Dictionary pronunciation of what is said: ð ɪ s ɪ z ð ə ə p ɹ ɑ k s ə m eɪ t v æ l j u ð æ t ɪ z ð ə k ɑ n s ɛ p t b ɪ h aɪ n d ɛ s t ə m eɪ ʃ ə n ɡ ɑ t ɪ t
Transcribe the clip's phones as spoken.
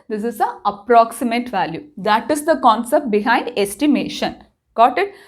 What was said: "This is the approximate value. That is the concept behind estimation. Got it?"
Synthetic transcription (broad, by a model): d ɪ s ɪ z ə ə p ɹ ɑ k s ə m eɪ t v æ l j u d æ t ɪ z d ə k ɑ n s ɛ p t b ɪ h aɪ n d ɛ s t ə m eɪ ʃ ə n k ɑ t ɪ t